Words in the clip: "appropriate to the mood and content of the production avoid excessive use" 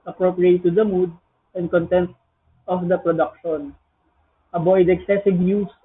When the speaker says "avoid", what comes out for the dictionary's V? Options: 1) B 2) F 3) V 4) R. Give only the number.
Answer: 1